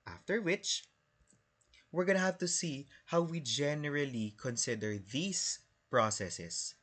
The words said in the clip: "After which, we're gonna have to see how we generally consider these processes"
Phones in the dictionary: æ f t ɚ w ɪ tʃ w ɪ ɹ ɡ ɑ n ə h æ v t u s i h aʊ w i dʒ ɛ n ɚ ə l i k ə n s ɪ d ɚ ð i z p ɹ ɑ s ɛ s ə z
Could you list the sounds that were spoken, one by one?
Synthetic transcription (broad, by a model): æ f t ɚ w ɪ tʃ w ɪ ɹ ɡ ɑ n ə h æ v t u s i h aʊ w i dʒ ɛ n ɚ ə l i k ə n s ɪ d ɚ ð i s p ɹ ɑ s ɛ s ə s